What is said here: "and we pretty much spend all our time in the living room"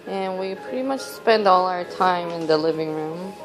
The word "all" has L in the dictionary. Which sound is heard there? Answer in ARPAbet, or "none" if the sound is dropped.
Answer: L